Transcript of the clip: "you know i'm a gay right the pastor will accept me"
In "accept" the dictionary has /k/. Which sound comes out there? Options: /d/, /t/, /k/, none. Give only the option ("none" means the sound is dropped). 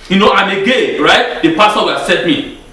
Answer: none